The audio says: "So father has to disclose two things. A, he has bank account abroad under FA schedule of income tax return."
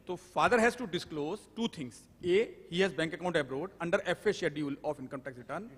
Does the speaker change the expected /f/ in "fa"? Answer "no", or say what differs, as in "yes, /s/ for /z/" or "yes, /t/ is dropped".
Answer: no